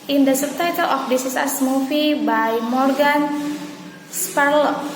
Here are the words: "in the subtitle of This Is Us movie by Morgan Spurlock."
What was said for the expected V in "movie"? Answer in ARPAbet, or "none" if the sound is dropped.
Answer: F